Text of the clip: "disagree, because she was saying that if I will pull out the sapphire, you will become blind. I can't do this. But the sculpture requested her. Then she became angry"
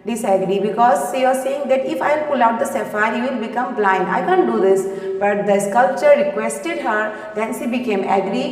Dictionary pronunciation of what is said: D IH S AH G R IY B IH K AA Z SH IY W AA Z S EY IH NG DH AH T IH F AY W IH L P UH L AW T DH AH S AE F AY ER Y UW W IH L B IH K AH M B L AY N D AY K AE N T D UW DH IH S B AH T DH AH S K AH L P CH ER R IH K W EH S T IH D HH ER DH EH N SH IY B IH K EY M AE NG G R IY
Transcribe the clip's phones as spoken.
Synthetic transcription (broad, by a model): D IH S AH G R IY B IH K AA Z SH IY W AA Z S EY IH NG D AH T IH F AY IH L P UH L AW T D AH S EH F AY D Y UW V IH L B IH K AH M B L AY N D AY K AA N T D UW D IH S B AH T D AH S K AH L P CH ER R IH K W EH S T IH D HH ER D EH N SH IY B IH K EY M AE G R IY